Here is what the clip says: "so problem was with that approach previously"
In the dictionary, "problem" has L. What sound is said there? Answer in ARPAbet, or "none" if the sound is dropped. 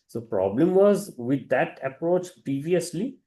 L